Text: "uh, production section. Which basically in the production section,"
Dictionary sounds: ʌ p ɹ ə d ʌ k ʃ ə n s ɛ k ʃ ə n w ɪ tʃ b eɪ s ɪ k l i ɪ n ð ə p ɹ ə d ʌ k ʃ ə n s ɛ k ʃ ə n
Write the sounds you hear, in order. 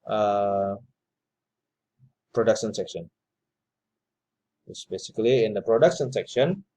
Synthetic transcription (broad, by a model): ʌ p ɹ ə d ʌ k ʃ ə n s ɛ k ʃ ə n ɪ s b eɪ s ɪ k l i ɪ n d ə p ɹ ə d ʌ k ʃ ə n s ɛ k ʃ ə n